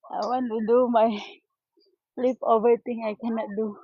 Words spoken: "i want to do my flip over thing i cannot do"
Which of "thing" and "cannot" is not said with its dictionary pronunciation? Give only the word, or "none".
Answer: thing